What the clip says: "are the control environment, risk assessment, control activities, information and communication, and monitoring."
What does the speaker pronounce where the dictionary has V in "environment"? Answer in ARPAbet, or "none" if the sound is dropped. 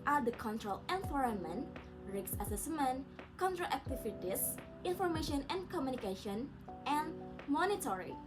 F